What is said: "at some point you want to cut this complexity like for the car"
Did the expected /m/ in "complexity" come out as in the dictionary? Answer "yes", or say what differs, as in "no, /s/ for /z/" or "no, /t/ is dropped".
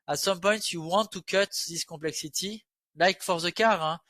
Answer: no, /m/ is dropped